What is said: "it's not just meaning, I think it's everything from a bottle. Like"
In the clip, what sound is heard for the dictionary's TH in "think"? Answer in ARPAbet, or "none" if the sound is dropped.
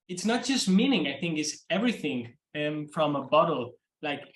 TH